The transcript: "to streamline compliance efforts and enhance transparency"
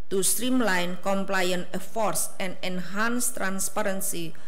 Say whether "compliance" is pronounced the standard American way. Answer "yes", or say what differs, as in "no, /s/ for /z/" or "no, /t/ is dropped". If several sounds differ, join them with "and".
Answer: no, /s/ is dropped